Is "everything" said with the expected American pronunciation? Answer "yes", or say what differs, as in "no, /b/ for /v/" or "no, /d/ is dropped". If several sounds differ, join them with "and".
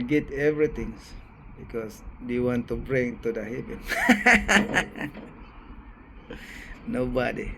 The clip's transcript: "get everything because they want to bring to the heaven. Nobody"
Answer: no, /t/ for /θ/